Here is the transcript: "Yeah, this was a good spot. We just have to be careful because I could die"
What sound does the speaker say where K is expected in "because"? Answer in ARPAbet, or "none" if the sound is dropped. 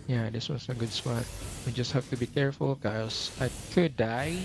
none